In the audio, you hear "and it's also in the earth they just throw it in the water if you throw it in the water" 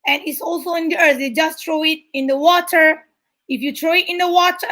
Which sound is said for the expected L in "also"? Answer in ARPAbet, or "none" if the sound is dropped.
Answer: L